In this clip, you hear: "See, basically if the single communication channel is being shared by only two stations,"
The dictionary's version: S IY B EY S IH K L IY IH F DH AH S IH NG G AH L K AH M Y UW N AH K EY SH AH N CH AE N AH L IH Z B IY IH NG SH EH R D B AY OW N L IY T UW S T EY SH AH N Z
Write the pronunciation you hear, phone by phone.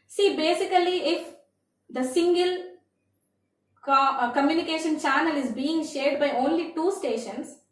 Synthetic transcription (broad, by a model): S IY B EY S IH K L IY IH F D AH S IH NG G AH L K AH M Y UW N AH K EY SH AH N CH AE N AH L IH Z B IY IH NG SH EH R D B AY OW N L IY T UW S T EY SH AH N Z